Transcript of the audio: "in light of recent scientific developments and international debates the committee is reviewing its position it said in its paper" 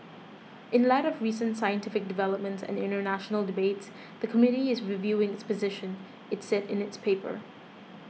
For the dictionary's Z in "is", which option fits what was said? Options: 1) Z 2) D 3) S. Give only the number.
1